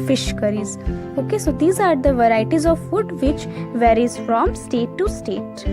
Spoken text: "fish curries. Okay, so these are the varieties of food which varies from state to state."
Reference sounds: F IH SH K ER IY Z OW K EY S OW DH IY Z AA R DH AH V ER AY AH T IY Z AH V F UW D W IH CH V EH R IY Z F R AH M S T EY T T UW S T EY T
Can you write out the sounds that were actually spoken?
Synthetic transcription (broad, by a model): F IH SH K ER IY Z OW K EY S OW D IY Z AA R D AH V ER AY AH T IY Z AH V F UW D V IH CH V EH R IY Z F R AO M S T EY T T UW S T EY T